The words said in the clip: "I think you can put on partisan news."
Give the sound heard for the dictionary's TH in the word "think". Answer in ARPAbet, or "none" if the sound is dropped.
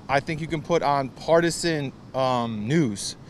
TH